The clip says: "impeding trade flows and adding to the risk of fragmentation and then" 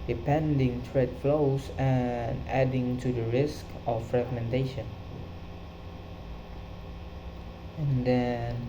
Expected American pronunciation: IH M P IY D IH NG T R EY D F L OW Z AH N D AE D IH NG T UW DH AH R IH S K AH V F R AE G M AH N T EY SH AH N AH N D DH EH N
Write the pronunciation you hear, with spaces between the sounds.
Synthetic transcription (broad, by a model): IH P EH D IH NG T R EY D F L OW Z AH N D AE D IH NG T UW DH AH R IH S K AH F R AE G M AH N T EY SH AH N AH N D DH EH N